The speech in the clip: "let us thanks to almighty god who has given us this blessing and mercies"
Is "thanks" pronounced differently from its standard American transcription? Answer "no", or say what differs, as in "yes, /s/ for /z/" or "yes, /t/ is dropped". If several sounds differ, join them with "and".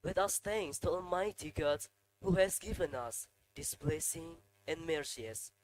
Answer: yes, /k/ is dropped